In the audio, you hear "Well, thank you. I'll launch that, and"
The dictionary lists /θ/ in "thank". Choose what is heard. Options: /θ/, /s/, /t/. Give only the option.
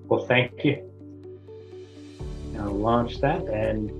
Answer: /θ/